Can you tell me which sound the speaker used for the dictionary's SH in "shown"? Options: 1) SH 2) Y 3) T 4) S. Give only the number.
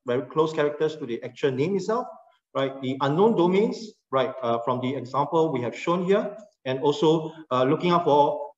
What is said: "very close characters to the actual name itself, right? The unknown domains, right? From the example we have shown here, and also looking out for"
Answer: 1